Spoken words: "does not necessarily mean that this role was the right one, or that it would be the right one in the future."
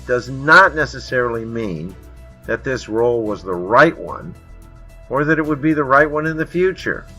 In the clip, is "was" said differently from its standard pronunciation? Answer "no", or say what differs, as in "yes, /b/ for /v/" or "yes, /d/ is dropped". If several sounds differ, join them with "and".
no